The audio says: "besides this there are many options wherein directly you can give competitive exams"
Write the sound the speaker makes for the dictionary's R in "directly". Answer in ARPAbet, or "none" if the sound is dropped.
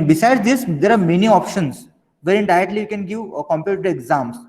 none